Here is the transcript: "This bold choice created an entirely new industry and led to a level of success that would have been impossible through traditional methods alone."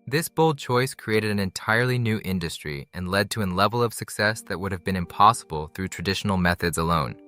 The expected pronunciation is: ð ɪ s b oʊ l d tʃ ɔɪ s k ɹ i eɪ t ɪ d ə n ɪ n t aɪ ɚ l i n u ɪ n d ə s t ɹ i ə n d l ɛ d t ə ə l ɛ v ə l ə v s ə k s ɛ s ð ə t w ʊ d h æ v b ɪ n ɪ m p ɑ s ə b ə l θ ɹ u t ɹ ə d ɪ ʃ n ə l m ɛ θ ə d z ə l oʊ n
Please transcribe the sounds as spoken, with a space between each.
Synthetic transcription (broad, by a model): ð ɪ s b oʊ l d tʃ ɔɪ s k ɹ i eɪ t ɪ d ə n ɪ n t aɪ ɚ l i n u ɪ n d ə s t ɹ i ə n l ɛ d t ə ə l ɛ v l ə v s ə k s ɛ s ð ə t w ʊ d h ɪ v b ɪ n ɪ m p ɑ s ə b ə l θ ɹ u t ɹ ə d ɪ ʃ n l m ɛ θ ə d z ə l oʊ n